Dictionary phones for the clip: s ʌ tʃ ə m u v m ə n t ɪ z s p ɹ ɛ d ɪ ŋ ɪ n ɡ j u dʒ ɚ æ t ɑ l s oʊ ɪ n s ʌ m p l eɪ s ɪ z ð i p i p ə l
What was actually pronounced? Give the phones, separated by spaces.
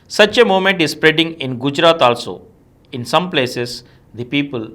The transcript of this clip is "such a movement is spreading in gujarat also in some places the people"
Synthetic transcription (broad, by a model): s ʌ tʃ ə m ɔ m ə n t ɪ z s p ɹ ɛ d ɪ ŋ ɪ n ɡ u dʒ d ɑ t ɑ l s oʊ ɪ n s ʌ m p l eɪ s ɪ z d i p i p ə l